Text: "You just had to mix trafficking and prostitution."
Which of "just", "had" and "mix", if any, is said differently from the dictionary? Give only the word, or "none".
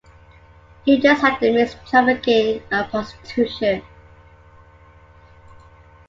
mix